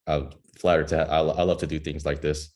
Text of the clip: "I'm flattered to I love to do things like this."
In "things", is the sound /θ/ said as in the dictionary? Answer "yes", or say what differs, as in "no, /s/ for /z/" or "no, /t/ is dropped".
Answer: yes